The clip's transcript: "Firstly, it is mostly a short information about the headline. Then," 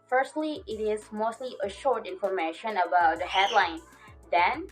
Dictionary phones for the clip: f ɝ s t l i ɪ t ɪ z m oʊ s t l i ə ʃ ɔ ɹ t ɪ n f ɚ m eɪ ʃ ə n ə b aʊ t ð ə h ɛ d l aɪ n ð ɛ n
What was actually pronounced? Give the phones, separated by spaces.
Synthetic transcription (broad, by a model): f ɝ s t l i ɪ t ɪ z m oʊ s t l i ə ʃ ɔ ɹ t ɪ n f ɚ m eɪ ʃ ə n ə b aʊ t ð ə h ɛ d l aɪ n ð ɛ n